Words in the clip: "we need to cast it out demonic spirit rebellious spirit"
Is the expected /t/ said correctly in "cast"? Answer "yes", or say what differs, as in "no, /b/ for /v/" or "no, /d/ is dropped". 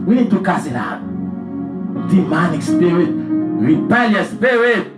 no, /t/ is dropped